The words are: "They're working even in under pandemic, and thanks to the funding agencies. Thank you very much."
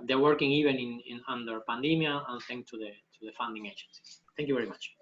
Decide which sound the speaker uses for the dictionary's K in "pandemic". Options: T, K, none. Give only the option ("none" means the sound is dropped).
none